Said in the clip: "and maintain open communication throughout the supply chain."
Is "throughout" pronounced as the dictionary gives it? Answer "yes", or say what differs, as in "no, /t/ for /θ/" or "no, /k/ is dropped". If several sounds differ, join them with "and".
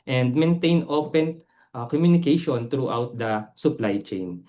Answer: no, /t/ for /θ/